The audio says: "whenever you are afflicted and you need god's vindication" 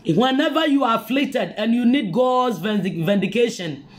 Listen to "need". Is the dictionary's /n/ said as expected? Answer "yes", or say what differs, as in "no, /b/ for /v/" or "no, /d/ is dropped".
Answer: yes